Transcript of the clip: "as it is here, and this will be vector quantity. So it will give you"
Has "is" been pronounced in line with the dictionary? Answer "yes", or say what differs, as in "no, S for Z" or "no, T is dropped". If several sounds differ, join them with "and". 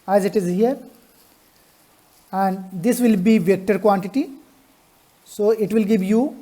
yes